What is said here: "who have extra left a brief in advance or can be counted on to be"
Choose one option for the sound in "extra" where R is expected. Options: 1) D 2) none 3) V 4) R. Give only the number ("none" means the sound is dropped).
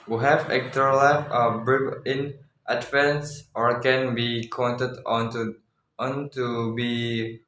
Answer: 2